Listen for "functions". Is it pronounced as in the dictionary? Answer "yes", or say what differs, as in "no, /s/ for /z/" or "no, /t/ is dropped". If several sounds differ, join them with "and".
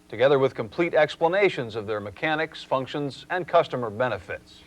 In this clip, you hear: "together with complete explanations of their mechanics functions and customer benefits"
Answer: yes